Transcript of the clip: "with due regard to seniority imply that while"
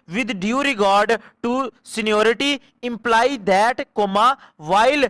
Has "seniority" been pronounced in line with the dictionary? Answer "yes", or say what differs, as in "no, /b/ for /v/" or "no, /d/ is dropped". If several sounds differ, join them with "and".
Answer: yes